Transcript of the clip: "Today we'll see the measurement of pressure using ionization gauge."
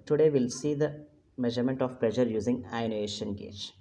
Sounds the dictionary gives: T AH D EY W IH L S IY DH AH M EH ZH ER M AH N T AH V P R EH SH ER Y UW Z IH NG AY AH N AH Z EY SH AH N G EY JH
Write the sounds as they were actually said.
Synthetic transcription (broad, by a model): T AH D EY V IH L S IY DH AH M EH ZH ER M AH N T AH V P L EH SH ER Y UW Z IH NG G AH AH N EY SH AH N G EY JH